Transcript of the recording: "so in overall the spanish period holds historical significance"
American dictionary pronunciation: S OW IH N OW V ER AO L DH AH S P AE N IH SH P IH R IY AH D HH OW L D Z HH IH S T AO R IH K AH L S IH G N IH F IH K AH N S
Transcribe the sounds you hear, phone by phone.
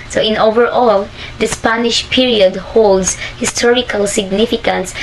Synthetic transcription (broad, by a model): S OW IH N OW V ER AO L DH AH S P AE N IH SH P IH R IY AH D HH OW L D S HH IH S T AO R IH K AH L S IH G N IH F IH K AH N S